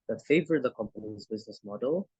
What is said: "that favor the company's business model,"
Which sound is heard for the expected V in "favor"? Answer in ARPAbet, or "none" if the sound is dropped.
V